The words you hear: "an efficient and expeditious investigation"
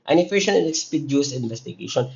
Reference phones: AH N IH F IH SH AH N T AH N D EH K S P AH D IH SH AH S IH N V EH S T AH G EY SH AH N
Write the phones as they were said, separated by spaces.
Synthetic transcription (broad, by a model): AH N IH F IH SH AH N AH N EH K S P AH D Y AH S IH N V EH S T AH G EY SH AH N